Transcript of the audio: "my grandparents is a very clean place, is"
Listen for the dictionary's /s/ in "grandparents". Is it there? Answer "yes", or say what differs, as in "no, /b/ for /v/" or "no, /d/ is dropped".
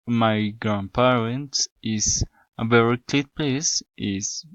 no, /s/ is dropped